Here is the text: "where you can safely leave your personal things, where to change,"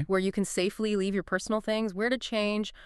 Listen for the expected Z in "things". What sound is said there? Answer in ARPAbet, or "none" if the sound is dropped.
Z